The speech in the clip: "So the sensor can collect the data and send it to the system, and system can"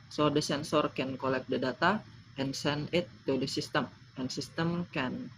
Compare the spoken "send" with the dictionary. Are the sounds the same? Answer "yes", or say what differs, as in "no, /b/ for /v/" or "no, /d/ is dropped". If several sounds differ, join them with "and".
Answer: no, /d/ is dropped